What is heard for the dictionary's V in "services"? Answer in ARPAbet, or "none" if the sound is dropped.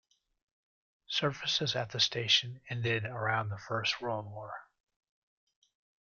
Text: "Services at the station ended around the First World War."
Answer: F